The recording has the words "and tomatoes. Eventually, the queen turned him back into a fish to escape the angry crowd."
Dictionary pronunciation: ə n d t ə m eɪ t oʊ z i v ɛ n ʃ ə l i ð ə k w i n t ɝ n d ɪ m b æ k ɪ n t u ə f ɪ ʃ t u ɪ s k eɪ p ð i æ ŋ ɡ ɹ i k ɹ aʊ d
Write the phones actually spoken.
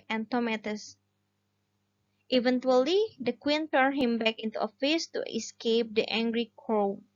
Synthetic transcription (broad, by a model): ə n t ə m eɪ t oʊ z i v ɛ n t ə l i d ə k w i n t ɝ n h ɪ m b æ k ɪ n t u ə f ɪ s t u ɪ s k eɪ p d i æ ŋ ɡ ɹ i k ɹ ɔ